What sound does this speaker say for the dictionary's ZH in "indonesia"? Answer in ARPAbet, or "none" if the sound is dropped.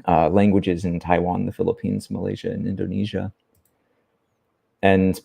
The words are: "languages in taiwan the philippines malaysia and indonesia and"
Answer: ZH